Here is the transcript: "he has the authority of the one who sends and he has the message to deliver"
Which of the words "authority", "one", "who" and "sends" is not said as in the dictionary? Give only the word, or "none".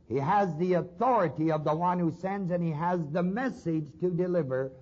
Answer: none